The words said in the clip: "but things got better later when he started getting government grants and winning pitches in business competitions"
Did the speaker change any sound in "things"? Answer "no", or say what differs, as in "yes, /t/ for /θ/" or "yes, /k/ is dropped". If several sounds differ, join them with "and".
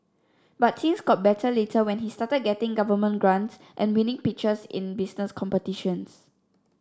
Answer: yes, /s/ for /θ/